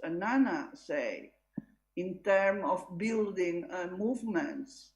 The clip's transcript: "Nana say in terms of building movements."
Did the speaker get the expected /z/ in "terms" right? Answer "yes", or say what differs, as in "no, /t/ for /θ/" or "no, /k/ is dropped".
no, /z/ is dropped